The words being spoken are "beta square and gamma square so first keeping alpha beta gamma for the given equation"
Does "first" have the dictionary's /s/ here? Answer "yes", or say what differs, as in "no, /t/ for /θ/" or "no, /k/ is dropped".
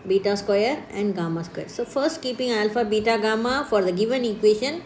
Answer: yes